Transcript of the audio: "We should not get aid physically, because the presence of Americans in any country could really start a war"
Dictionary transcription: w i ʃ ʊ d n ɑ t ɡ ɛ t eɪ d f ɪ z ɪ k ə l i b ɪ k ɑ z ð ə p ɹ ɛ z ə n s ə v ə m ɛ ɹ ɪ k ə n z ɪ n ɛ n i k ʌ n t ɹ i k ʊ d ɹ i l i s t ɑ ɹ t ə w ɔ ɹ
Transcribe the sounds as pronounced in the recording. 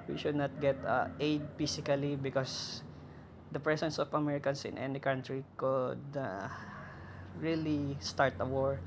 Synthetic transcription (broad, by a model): w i ʃ ʊ d n ɑ t ɡ ɛ t eɪ d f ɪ s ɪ k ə l i b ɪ k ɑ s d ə p ɹ ɛ s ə n s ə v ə m ɛ ɹ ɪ k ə n s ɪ n ɛ n i k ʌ n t ɹ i k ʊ d ɹ i l i s t ɑ ɹ t ə w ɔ ɹ